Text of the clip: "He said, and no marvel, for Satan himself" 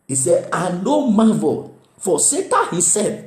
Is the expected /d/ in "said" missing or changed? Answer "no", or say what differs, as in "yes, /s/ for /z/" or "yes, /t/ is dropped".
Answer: yes, /d/ is dropped